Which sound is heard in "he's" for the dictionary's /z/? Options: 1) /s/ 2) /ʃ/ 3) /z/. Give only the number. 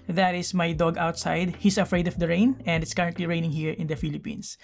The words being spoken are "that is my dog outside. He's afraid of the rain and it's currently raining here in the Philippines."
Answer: 1